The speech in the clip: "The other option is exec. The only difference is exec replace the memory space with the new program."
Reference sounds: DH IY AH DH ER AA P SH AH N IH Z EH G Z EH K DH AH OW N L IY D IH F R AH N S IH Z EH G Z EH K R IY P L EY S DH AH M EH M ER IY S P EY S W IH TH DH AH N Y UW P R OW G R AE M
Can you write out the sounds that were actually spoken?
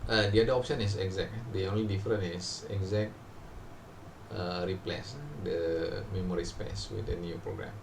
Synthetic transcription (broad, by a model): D IY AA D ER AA P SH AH N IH S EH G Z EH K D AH OW N L IY D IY F R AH N IH S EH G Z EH K R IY P L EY S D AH M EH M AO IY S P EY S W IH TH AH N Y UW P R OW G R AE M